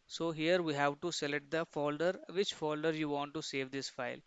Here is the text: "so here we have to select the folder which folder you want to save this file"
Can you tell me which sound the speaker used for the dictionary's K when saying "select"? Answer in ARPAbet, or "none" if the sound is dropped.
none